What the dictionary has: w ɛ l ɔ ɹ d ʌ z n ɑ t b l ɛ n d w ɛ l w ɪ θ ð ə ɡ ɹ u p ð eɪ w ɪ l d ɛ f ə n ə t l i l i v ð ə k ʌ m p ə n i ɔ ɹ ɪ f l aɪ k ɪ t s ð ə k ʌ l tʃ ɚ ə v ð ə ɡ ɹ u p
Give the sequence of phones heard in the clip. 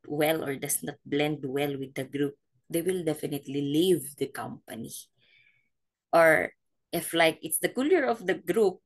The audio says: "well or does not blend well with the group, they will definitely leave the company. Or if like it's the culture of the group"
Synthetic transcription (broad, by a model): w ɛ l ɔ ɹ d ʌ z n ɑ t b l ɛ n d w ɛ l w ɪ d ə ɡ ɹ u p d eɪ w ɪ l d ɛ f ə n ə t l i l i v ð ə k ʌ m p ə n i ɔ ɹ ɪ f l aɪ k ɪ t s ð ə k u l ɚ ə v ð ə ɡ ɹ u p